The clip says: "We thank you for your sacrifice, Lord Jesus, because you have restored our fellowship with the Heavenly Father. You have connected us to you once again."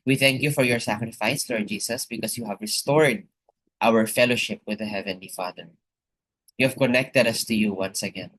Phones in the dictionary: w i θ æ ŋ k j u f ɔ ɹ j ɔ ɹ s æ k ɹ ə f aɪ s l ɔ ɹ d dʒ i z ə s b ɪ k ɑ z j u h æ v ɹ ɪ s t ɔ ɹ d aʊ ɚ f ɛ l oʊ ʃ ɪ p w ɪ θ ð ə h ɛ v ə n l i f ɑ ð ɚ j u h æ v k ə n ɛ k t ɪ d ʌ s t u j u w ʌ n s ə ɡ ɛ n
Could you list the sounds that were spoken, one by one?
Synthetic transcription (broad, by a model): w i θ æ ŋ k j u f ɔ ɹ j ɔ ɹ s æ k ɹ ə f aɪ s l ɔ ɹ d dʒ i s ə s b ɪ k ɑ s j u h æ v ɹ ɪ s t ɔ ɹ d aʊ ɚ f ɛ l oʊ ʃ ɪ p w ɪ ð ə h ɛ v ə n l i f ɑ ð ɚ j u h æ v k ə n ɛ k t ɪ d ʌ s t u j u w ʌ n s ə ɡ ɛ n